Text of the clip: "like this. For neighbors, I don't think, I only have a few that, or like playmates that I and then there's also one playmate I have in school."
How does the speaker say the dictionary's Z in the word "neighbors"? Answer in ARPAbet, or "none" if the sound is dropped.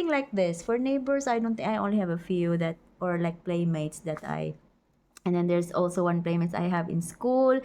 S